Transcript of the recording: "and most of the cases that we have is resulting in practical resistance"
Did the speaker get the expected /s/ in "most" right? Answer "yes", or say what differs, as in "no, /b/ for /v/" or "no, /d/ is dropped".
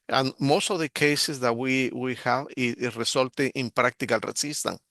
yes